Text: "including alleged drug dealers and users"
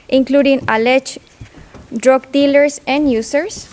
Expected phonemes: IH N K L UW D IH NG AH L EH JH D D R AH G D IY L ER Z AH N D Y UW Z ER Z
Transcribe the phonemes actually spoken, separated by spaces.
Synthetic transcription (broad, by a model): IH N K L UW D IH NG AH L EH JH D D R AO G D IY L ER S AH N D Y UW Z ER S